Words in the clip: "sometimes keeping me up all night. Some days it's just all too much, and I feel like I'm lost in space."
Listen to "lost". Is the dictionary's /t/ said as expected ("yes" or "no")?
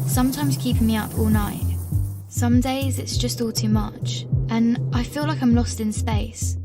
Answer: yes